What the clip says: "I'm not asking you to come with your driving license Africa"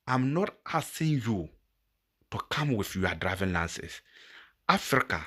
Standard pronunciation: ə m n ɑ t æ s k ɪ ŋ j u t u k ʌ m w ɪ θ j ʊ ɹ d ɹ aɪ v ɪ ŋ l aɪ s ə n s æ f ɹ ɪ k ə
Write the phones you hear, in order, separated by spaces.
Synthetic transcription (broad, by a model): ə m n ɑ t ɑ s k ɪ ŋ j u t u k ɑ m w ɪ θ j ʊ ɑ d ɹ aɪ v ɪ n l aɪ s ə s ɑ f ɹ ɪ k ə